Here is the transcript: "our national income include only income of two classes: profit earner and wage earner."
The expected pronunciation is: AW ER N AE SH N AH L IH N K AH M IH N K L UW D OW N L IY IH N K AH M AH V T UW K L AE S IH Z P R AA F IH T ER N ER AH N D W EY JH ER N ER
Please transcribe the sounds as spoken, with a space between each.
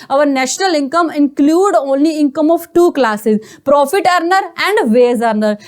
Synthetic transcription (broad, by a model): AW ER N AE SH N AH L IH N K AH M IH N K L UW D OW N L IY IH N K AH M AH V T UW K L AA S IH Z P R AA F IH T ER N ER AH N D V EY Z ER N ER